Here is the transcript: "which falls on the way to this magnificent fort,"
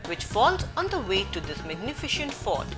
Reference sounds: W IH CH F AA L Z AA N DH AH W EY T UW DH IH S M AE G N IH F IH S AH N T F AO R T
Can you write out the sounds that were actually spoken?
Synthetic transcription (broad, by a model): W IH CH F AA L Z AA N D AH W EY T UW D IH S M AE G N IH F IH SH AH N T F AO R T